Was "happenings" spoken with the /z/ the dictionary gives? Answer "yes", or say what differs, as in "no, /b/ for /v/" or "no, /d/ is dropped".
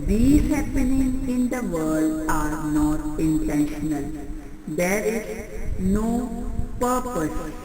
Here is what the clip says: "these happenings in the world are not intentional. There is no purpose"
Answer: no, /z/ is dropped